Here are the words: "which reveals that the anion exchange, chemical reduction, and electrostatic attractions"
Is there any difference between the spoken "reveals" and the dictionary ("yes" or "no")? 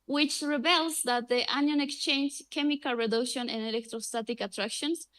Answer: yes